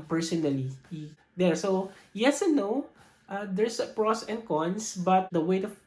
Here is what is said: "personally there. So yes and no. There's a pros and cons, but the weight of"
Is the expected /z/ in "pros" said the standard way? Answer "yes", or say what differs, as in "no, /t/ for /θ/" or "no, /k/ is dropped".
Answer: no, /s/ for /z/